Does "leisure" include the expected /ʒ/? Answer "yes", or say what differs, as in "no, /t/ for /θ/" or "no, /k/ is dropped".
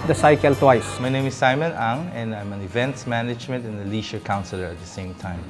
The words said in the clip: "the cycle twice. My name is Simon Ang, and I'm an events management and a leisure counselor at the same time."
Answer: no, /ʃ/ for /ʒ/